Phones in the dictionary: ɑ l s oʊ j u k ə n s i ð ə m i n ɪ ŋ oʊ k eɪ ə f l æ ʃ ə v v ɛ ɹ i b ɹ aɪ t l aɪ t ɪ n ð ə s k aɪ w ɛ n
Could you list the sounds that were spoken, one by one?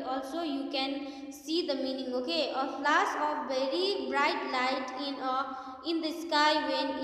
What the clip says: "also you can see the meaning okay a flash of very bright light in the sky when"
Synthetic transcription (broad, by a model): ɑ l s oʊ j u k ə n s i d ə m i n ɪ ŋ oʊ k eɪ ə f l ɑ s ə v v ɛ ɹ i b ɹ aɪ t l aɪ t ɪ n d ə s k aɪ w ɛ n